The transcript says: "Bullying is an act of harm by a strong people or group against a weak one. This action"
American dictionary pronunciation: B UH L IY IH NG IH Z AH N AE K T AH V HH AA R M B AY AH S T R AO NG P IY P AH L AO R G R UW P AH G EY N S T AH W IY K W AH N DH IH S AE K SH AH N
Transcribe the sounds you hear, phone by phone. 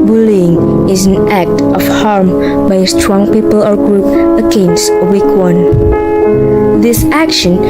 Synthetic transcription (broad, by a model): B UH L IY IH NG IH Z AH N AE K T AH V HH AA R M B AY AH S T R AO NG P IY P AH L AO R G R UW P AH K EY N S AH W IY K W AH N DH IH S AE K SH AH N